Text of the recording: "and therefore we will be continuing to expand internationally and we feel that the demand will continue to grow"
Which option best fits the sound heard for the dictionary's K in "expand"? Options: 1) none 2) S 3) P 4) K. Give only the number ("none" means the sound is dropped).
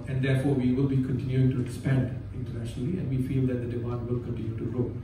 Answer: 1